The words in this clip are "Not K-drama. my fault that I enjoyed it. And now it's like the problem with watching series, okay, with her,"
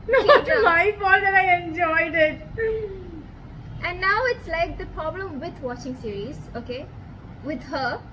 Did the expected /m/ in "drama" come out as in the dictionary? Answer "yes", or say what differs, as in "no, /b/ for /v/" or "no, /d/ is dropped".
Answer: no, /m/ is dropped